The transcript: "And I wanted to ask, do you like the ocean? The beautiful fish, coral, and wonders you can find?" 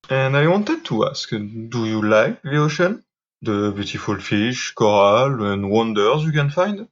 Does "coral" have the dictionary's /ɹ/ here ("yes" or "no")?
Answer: yes